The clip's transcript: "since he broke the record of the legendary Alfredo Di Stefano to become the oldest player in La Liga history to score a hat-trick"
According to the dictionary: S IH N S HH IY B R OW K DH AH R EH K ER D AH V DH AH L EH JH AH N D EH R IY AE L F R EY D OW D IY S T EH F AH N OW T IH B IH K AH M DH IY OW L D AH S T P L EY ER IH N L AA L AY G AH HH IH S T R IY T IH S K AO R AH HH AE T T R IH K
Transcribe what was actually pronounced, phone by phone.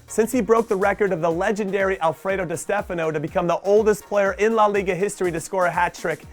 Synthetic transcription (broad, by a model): S IH N S HH IY B R OW K DH AH R EH K ER D AH V DH AH L EH JH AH N D EH R IY AE L F R EY D OW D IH S T EH F AH N OW T IH B IH K AH M DH IY OW L D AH S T P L EY ER IH N L AA L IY G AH HH IH S T R IY T IH S K AO R AH HH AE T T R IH K